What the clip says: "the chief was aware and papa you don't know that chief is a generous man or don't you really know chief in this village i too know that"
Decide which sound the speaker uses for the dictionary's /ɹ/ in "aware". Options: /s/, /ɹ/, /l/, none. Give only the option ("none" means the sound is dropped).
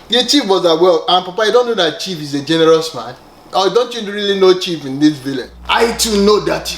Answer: /l/